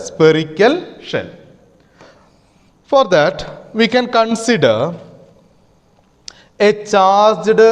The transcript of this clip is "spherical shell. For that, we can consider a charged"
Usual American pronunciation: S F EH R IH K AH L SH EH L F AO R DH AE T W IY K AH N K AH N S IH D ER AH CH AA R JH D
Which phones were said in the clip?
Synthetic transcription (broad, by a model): S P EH R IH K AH L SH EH N F AO R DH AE T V IY K AH N K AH N S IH D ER AH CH AA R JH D